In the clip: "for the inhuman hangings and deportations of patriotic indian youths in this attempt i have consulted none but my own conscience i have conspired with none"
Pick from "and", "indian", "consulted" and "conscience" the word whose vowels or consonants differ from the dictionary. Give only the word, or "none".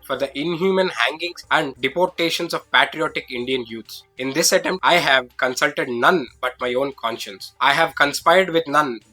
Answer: none